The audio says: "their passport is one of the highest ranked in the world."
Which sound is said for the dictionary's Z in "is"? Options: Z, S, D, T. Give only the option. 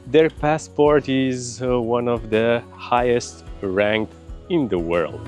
Z